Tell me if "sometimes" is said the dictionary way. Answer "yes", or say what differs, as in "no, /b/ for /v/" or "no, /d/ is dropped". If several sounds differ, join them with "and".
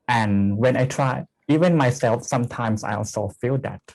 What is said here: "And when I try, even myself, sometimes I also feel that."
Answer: no, /s/ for /z/